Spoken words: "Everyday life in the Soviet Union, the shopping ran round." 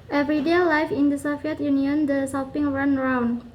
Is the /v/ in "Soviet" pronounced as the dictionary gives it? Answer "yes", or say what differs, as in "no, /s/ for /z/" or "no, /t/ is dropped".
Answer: no, /f/ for /v/